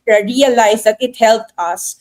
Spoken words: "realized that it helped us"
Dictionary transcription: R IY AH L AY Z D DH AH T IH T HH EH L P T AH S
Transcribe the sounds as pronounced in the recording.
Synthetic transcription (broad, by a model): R IY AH L AY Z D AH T IH T HH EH L T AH S